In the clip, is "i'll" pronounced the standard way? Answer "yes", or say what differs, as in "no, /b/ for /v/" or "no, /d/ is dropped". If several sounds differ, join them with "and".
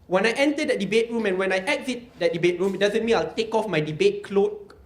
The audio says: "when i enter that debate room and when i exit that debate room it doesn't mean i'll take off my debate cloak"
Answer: yes